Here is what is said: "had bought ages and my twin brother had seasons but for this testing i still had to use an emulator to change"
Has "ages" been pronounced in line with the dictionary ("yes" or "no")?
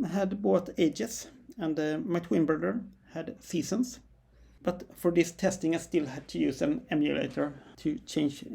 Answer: no